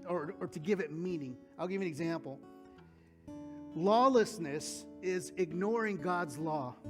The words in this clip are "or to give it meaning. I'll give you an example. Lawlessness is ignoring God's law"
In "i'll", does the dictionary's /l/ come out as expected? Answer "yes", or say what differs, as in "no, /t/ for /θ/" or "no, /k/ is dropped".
yes